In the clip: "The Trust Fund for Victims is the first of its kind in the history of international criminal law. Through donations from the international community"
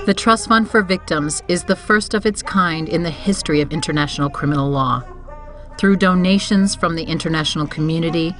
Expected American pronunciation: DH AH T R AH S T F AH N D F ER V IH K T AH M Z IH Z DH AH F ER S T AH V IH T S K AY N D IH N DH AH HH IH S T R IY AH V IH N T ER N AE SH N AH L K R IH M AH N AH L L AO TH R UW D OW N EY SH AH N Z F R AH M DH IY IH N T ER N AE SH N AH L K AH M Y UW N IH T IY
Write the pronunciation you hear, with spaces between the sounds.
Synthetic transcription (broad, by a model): DH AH T R AH S T F AH N D F ER V IH K T AH M Z IH Z DH AH F ER S T AH V IH T S K AY N D IH N DH AH HH IH S T R IY AH V IH N T ER N AE SH N L K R IH M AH N L L AO TH R UW D OW N EY SH AH N Z F R AH M DH IY IH N T ER N AE SH N L K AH M Y UW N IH T IY